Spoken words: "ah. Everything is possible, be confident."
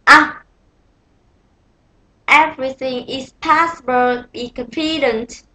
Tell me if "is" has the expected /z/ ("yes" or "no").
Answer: no